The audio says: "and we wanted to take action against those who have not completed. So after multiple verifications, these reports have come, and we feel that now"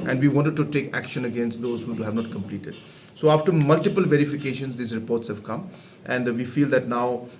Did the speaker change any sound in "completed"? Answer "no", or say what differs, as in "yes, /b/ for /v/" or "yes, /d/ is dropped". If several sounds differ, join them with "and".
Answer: no